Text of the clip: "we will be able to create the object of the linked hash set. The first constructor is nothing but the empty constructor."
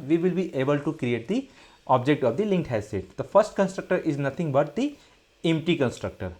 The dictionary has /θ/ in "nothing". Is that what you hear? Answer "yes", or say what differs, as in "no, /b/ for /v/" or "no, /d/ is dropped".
no, /t/ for /θ/